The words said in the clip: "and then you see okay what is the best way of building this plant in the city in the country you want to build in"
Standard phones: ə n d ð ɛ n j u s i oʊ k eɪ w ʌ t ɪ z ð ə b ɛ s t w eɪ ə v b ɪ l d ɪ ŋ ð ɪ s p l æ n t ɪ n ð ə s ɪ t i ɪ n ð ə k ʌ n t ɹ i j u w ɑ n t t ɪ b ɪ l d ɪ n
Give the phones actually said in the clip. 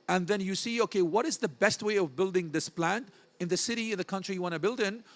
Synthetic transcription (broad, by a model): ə n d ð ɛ n j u s i oʊ k eɪ w ʌ t ɪ z ð ə b ɛ s t w eɪ ə v b ɪ l d ɪ ŋ ð ɪ s p l æ n t ɪ n ð ə s ɪ t i ɪ n ð ə k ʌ n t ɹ i j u w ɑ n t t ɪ b ɪ l d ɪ n